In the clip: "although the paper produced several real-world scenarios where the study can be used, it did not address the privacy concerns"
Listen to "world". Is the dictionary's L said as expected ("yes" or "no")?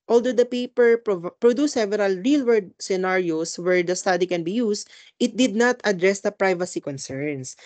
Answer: no